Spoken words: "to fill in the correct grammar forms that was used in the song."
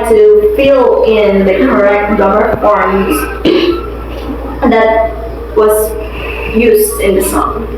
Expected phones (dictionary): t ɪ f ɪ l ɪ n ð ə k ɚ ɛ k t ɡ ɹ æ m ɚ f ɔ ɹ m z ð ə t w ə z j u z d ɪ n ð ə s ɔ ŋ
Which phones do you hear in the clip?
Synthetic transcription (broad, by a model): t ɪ f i l ɪ n ð ə k ɚ ɛ k t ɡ ʌ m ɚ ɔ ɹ z ð ə t w ə z j u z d ɪ n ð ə s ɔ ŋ